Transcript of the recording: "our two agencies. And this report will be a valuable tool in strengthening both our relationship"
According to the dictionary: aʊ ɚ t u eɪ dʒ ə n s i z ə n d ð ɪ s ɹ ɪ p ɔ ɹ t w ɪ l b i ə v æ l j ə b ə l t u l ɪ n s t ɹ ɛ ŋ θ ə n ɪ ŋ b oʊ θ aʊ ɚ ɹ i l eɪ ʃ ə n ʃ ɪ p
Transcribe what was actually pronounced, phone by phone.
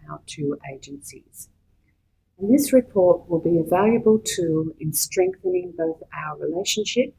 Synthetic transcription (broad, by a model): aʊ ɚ t u eɪ dʒ ə n s i z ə n ð ɪ s ɹ ɪ p ɔ ɹ t w ɪ l b i ə v æ l j ə b ə l t u l ɪ n s t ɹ ɛ ŋ θ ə n ɪ ŋ b oʊ θ aʊ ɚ ɹ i l eɪ ʃ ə n ʃ ɪ p